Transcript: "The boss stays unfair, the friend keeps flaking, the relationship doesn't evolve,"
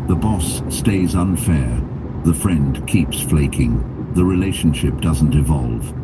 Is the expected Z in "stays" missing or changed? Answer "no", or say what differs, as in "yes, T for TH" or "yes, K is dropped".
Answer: no